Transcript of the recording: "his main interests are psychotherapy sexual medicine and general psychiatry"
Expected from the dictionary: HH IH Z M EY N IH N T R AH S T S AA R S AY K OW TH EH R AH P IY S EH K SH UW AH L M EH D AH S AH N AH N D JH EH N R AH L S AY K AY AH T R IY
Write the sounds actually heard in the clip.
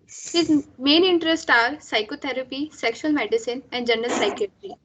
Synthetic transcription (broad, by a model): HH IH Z M EY N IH N T R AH S T AA R S AY K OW T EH R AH P IY S EH K SH UW AH L M EH D AH S AH N AH N D JH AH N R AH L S AY K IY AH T R IY